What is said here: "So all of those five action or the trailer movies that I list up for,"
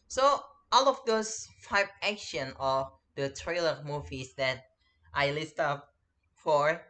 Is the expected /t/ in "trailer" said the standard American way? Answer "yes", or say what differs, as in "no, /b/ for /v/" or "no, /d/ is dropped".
yes